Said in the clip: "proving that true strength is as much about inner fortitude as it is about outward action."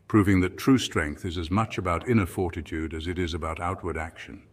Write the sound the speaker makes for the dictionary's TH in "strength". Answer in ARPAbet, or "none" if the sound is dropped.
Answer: TH